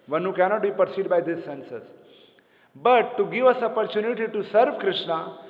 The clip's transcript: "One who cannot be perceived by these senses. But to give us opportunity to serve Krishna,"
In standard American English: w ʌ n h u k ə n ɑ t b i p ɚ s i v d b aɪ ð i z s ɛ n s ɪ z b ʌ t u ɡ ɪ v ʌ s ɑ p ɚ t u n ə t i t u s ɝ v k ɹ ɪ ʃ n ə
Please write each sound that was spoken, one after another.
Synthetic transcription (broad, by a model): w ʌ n h u k ə n ɑ t b i p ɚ s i d b aɪ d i s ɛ n s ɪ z b ʌ t u ɡ ɪ v ʌ s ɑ p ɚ t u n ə t i t u s ɝ v k ɹ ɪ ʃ n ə